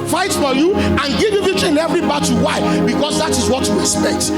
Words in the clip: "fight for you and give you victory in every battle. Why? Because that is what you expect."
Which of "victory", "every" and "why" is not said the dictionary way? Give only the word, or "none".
victory